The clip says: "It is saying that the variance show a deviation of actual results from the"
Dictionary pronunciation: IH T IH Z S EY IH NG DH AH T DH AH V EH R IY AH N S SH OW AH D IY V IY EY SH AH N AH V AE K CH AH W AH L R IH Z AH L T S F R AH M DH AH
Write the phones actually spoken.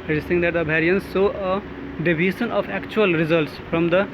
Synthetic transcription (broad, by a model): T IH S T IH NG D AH T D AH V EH R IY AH N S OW AH D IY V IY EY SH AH N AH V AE K CH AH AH L R IH Z AH L T S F R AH M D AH